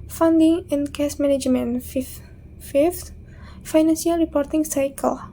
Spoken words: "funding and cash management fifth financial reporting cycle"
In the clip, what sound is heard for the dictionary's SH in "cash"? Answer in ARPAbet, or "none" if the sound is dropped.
S